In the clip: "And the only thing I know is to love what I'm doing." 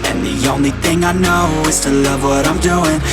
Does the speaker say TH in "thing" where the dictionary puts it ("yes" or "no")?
yes